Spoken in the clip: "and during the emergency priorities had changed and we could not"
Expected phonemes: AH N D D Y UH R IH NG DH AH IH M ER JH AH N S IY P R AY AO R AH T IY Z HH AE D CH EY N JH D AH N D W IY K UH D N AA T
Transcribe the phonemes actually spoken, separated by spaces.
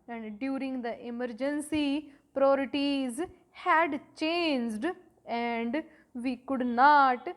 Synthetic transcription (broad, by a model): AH N D D Y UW R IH NG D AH IH M ER JH AH N S IY P R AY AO R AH T IY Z HH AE D CH EY N JH D AH N D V IY K UH D N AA T